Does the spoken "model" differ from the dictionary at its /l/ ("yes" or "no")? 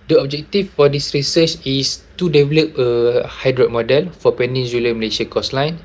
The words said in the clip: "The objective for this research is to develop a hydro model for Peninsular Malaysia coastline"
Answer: no